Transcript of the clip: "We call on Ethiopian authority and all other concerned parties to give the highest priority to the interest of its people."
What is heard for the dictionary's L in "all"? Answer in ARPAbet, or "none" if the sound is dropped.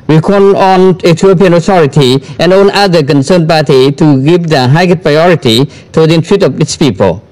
N